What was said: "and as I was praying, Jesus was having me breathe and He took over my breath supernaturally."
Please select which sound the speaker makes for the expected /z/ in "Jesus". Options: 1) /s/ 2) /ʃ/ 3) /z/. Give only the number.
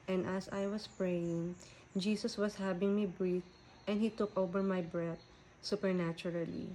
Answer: 1